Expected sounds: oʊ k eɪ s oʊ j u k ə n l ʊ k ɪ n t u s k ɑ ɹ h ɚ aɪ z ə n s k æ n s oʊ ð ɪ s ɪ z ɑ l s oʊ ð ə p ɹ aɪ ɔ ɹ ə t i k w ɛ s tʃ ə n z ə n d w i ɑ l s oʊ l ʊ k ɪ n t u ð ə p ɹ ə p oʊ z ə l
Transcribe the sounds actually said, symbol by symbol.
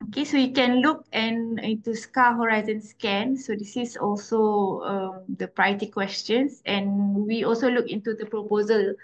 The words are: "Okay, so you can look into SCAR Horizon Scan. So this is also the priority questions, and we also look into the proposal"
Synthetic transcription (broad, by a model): oʊ k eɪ s oʊ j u k ə n l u k ɪ n t u s k ɑ h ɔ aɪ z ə n s k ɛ n s oʊ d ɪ s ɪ s ɑ l s oʊ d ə p ɹ aɪ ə t i k w ɛ s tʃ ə n s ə n w i ɑ l s oʊ l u k ɪ n t u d ə p ɹ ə p oʊ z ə l